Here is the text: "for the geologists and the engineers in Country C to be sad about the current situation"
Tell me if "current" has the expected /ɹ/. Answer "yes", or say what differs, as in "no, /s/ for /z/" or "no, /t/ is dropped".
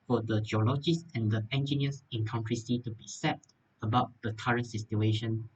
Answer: yes